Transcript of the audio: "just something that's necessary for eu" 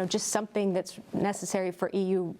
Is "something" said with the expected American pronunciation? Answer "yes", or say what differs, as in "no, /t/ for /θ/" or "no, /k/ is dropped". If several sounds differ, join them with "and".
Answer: yes